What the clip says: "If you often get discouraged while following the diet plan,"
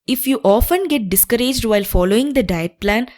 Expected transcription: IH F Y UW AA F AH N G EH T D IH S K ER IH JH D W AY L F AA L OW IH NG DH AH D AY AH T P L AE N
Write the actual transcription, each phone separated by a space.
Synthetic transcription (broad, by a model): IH F Y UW AA F AH N G EH T D IH S K ER IH JH D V AY L F AA L OW IH NG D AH D AY AH T P L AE N